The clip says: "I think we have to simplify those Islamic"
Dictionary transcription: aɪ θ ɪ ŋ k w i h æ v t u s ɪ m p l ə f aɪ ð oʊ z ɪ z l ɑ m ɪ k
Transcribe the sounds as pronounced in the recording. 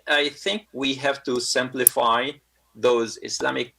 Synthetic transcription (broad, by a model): aɪ θ ɪ ŋ k w i h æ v t u s ɪ m p l ə f aɪ ð oʊ z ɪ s l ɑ m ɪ k